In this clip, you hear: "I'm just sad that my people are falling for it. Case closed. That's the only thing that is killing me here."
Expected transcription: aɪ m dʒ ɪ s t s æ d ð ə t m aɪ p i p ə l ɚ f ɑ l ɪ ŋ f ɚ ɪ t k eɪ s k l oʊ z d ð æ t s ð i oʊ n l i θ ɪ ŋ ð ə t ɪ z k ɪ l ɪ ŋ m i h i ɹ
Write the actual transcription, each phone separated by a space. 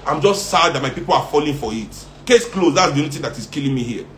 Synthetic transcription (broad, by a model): aɪ m dʒ ɪ s t s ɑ d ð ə t m aɪ p i p ə l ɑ f ɑ l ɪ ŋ f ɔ ɪ t k eɪ s k l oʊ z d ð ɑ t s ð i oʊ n i t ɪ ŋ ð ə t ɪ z k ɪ l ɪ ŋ m i h i